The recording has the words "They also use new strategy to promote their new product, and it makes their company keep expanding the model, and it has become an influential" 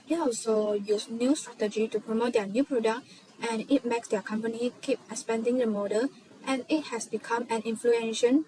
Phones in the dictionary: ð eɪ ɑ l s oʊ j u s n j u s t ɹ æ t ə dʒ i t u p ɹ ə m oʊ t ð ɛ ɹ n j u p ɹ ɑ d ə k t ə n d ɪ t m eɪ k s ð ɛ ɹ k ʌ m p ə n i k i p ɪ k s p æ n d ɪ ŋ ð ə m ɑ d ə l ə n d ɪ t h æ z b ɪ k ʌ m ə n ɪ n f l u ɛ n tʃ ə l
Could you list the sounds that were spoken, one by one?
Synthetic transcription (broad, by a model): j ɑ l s oʊ j u s n j u s t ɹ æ t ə dʒ i t u p ɹ ə m oʊ t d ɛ n j u p ɹ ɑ d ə k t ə n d ɪ t m eɪ k s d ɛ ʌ k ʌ m p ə n i k i p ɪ s p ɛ n d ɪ ŋ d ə m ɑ d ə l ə n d ɪ t h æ s b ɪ k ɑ m ə n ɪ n f l u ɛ n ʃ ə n